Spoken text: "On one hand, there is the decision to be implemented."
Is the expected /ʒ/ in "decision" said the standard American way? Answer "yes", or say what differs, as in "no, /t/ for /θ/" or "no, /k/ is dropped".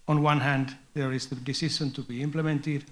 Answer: no, /ʃ/ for /ʒ/